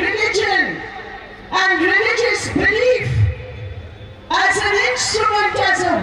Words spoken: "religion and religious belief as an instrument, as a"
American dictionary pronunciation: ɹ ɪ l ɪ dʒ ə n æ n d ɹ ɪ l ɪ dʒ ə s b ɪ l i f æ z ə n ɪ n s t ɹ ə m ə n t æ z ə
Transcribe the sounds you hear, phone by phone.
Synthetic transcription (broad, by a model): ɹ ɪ l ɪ dʒ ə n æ n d ɹ ɪ l ɪ dʒ ə s b ɪ l i f æ z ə l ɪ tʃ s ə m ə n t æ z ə